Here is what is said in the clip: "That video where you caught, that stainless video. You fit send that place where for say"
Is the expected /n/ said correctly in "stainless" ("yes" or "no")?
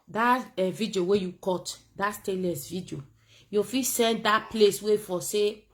no